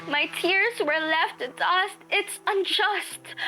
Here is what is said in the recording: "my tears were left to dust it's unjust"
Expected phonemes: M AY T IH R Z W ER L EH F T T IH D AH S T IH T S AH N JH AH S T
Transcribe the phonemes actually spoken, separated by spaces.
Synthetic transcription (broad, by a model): M AY T IH R Z W ER L EH F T T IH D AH S T IH T S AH N JH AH S T